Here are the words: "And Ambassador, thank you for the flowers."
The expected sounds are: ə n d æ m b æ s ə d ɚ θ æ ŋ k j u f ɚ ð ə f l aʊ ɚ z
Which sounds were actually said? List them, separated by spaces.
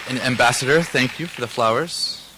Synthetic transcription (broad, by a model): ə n æ m b æ s ə d ɚ θ æ ŋ k j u f ɚ ð ə f l aʊ ɚ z